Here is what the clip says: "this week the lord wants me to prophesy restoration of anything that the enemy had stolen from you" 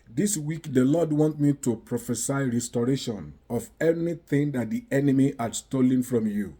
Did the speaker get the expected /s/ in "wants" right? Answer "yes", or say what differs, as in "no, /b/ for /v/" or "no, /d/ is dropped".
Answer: no, /s/ is dropped